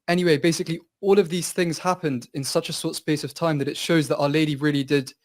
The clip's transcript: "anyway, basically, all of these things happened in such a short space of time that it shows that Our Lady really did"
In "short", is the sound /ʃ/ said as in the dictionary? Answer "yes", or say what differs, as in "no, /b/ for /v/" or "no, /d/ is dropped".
no, /s/ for /ʃ/